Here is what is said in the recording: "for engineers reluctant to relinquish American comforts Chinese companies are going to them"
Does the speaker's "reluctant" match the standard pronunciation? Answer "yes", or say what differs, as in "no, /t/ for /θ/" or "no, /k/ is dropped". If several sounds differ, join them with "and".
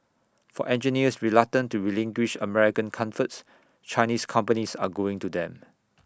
no, /k/ is dropped